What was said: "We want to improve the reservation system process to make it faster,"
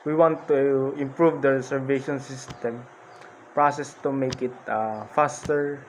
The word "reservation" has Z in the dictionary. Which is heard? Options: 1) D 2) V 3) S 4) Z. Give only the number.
3